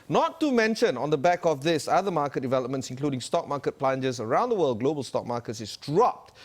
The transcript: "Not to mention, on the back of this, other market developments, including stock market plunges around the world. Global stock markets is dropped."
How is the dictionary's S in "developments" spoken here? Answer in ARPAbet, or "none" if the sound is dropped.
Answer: S